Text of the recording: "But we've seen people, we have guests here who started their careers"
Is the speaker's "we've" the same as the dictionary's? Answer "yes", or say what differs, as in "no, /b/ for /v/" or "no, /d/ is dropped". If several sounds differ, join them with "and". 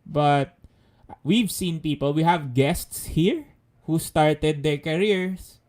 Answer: yes